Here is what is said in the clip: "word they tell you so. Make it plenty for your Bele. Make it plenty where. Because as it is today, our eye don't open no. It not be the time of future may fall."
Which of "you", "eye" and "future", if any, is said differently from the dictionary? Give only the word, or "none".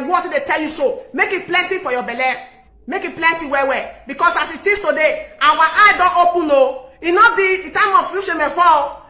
future